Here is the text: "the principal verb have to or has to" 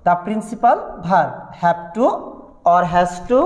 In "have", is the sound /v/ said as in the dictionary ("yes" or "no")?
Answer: no